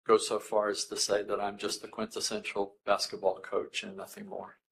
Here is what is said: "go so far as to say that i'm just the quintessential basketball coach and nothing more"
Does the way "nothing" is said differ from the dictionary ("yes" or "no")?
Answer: no